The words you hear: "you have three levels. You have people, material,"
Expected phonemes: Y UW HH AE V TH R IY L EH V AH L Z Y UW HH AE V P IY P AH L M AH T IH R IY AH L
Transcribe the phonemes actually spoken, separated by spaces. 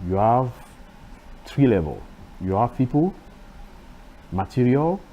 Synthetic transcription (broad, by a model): Y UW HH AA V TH R IY L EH V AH L Y UW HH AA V P IY P AH L M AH T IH R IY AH L